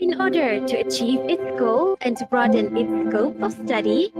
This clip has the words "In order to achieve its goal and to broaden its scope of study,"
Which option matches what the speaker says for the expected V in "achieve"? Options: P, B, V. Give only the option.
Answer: V